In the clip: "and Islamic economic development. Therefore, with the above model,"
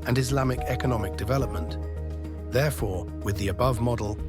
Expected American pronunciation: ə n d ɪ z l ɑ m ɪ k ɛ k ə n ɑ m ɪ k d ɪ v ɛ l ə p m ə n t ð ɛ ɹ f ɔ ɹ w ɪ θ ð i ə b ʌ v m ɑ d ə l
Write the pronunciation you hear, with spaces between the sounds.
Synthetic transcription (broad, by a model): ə n ɪ z l ɑ m ɪ k ɛ k ə n ɑ m ɪ k d ɪ v ɛ l ə p m ə n t ð ɛ ɹ f ɔ ɹ w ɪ ð i ə b ʌ v m ɑ d l